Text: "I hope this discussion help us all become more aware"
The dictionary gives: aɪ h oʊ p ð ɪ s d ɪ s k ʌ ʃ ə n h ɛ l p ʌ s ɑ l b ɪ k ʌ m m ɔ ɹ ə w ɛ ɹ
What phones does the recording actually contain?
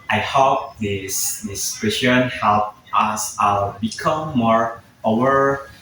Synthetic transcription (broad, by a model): aɪ h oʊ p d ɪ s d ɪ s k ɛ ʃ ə n h ɛ l p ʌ s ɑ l b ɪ k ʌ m m ɔ ɹ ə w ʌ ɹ